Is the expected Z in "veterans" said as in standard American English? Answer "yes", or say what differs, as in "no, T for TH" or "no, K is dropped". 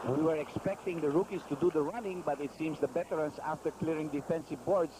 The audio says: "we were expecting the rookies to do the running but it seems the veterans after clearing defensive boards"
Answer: no, S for Z